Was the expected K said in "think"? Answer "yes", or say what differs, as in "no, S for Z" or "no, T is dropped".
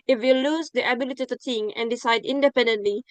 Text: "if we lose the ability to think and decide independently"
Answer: no, K is dropped